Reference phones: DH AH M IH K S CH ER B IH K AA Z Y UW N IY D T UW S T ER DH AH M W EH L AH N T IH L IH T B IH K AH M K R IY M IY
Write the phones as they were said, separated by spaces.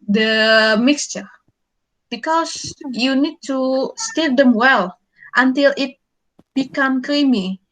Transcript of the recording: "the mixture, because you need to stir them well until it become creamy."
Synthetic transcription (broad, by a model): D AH M IH K S CH ER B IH K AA S Y UW N IY D T UW S T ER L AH M W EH L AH N T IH L IH T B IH K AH M K R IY M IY